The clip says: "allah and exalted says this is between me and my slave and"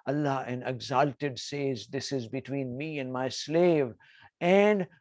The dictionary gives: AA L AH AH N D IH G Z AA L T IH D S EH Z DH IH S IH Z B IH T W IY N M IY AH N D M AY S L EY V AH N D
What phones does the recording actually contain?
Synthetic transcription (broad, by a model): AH L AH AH N IH G Z AA L T IH D S EH Z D IH S IH Z B IH T W IY N M IY AH N D M AY S L EY V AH N D